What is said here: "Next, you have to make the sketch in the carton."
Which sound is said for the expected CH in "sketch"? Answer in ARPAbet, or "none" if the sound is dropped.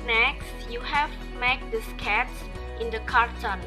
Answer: S